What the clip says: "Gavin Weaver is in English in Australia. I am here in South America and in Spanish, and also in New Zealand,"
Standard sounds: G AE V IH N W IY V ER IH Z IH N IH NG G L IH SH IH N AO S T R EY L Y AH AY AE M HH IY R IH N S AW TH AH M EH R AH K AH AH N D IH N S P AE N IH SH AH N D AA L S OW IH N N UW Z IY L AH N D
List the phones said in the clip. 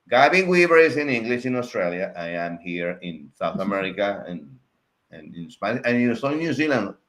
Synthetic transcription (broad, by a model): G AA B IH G W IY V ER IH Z IH N IH NG G L IH SH IH N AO S T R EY L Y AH AY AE M HH IY R IH N S AW TH AH M EH R AH K AH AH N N IH N S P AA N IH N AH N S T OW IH N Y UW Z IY L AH N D